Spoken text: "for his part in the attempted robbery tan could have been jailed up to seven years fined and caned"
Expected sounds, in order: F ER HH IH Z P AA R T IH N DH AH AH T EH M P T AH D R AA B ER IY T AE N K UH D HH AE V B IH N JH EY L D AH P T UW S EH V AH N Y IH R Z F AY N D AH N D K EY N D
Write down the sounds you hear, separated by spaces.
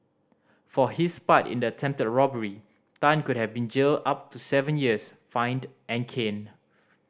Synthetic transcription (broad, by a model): F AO HH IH S P AA T IH N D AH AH T EH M P T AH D R AA B ER IY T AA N K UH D HH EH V B IH N JH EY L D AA P T UW S EH V AH N Y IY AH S F AY N D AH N K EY N